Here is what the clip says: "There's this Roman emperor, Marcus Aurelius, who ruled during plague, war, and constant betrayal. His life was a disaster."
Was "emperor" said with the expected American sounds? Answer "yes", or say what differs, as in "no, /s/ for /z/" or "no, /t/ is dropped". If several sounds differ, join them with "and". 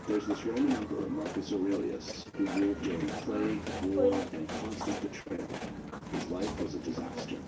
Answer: no, /b/ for /p/